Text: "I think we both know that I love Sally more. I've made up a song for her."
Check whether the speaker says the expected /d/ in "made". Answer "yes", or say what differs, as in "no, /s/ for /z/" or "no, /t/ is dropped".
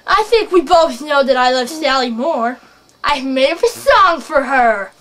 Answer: no, /d/ is dropped